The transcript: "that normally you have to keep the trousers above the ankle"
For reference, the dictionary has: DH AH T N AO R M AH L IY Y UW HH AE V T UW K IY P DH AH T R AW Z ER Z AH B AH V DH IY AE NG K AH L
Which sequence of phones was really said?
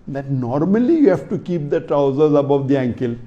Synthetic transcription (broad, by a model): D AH T N AO R M AH L IY Y UW HH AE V T UW K IY P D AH T R AW Z ER Z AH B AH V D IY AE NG K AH L